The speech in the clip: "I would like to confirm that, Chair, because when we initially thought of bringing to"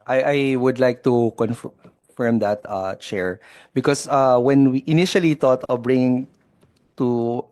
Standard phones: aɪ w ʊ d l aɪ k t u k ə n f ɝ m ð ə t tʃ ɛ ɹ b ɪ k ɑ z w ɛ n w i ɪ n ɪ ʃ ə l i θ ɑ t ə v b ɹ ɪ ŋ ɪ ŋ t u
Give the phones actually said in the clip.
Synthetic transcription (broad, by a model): aɪ w ʊ d l aɪ k t u k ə n f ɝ m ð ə t tʃ ɛ ɹ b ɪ k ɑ s w ɛ n w i ɪ n ɪ ʃ ə l i t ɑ t ə v b ɹ ɪ ŋ ɪ ŋ t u